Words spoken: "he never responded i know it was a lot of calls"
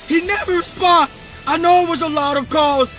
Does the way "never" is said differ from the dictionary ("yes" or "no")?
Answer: no